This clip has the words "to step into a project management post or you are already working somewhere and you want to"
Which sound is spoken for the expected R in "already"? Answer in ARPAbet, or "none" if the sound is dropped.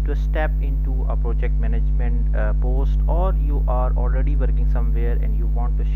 R